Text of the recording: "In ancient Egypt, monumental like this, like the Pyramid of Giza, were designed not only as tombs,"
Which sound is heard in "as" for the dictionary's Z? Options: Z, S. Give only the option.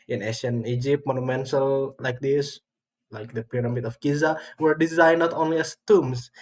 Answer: S